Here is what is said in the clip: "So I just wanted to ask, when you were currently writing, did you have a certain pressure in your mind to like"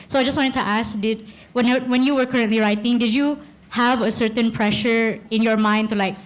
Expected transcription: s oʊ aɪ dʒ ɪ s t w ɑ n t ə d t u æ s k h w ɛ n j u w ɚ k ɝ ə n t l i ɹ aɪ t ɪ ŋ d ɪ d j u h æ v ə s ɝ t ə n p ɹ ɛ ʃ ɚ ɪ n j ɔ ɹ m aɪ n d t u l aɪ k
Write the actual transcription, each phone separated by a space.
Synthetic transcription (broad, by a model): s oʊ aɪ dʒ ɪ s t w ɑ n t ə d t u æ s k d w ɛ n j u w ɚ k ɝ ə n t l i ɹ aɪ t ɪ ŋ d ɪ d j u h æ v ə s ɝ t ə n p ɹ ɛ ʃ ɚ ɪ n j ɔ ɹ m aɪ n d t u l aɪ k